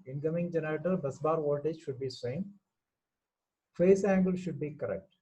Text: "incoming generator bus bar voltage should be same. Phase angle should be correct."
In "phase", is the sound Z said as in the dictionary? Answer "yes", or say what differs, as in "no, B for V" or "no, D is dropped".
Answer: no, S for Z